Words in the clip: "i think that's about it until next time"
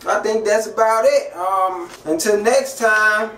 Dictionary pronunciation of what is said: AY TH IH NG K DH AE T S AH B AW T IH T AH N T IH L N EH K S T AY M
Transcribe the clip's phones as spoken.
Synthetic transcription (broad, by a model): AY TH IH NG K DH AE T S AH B AW T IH T AH N T IH L N EH K S T AY M